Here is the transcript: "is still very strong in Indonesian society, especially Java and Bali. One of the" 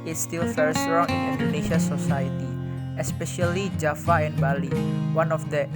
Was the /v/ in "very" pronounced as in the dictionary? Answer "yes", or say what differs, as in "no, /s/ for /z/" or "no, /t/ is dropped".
no, /f/ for /v/